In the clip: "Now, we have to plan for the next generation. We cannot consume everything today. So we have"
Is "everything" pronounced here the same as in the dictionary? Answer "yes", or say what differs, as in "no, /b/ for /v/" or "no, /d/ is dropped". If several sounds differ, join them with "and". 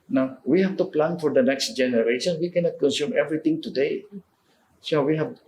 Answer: no, /t/ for /θ/